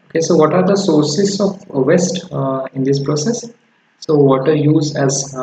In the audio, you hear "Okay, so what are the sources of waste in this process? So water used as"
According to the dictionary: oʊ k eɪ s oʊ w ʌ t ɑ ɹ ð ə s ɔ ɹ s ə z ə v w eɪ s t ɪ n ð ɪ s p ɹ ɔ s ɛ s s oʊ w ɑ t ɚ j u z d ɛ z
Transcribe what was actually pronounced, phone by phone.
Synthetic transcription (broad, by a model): oʊ k eɪ s oʊ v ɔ t ɑ ɹ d ə s ɔ ɹ s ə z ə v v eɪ s t ɪ n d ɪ s p ɹ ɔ s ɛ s s oʊ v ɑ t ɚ j u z ɛ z